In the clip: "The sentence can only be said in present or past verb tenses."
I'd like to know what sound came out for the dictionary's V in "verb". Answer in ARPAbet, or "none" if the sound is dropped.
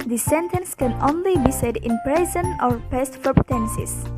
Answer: F